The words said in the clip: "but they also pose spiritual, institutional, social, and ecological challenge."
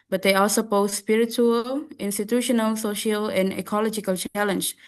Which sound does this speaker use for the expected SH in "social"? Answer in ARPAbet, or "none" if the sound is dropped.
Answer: SH